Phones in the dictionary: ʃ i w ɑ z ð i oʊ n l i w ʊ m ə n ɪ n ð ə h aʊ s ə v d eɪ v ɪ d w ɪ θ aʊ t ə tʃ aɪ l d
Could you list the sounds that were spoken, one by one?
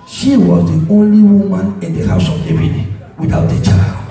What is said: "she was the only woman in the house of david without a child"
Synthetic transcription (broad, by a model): ʃ i w ɑ z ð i oʊ n l i w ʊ m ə n ɪ n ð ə h aʊ s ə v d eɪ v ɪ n w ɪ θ aʊ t ə tʃ aɪ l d